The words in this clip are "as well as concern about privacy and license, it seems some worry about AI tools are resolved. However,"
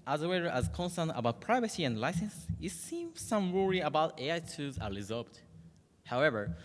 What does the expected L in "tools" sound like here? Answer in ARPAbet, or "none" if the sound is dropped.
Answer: none